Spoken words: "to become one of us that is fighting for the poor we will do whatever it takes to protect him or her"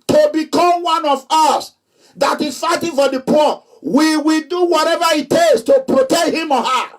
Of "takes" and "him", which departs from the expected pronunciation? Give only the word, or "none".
takes